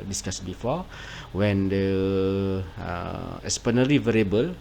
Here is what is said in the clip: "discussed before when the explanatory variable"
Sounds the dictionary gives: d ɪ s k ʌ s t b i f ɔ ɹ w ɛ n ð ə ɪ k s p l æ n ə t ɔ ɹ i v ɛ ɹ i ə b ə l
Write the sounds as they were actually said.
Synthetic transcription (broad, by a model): d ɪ s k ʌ s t b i f ɔ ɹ w ɛ n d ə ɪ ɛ s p ʌ n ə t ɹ i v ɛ ɹ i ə b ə l